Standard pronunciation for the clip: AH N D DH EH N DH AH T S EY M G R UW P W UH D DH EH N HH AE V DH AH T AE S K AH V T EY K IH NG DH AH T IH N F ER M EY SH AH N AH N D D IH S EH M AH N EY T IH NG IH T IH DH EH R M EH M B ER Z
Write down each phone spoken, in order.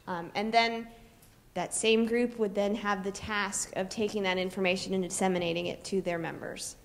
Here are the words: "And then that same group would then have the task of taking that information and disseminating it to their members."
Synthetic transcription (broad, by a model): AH N DH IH N DH AH T S EY M G R UW P W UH D DH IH N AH V DH AH T AE S K AH V T EY K IH NG DH AH T IH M F ER M EY SH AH N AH N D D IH S EH M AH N EY T IH NG IH T IH DH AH R M EH M B ER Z